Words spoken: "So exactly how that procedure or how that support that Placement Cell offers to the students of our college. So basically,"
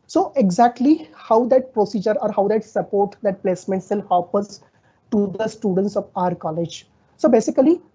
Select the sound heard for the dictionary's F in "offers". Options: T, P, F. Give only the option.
P